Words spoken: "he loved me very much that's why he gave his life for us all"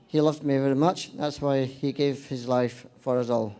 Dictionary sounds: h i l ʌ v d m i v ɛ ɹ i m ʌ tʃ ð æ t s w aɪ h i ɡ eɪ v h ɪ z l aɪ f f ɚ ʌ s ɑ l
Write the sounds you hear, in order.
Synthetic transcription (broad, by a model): h i l ʌ v d m i v ɛ ɹ i m ʌ tʃ ð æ t s w aɪ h i ɡ eɪ v h ɪ z l aɪ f f ɚ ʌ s ɑ l